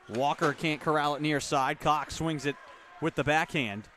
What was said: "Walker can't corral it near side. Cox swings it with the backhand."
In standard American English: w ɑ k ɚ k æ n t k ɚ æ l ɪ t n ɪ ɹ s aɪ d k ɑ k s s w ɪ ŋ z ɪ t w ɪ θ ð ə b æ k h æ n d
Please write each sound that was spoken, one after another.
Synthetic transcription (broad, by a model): w ɑ k ɚ k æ n k ɚ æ l ɪ t n ɪ ɹ s aɪ d k ɑ k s s w ɪ ŋ z ɪ t w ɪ ð ə b æ k h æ n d